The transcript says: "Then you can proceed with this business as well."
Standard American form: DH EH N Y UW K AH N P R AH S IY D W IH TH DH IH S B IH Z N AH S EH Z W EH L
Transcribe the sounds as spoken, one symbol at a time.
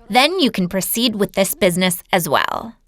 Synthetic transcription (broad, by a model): DH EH N Y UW K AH N P R AH S IY D W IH DH IH S B IH Z N AH S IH Z W EH L